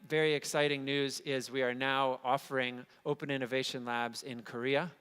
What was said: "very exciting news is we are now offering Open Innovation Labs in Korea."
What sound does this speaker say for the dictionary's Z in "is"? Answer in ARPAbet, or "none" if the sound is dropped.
Z